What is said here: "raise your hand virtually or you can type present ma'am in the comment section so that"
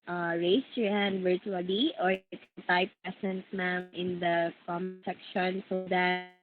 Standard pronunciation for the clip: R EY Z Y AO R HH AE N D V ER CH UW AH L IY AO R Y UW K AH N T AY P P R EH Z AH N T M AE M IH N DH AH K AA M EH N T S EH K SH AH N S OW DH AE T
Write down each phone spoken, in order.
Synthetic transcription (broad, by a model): R EY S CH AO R HH AE N D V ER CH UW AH L IY AO R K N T AY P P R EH S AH N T M AE M IH N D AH K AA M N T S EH K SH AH N S OW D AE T